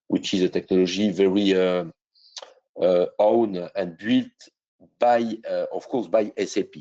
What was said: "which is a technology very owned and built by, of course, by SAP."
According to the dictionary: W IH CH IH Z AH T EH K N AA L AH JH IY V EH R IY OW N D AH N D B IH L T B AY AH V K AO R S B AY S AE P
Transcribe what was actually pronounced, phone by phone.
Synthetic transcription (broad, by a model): W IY CH IH Z AH T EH K N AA L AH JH IY V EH R IY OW N AH N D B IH L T B AY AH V K AO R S B AY S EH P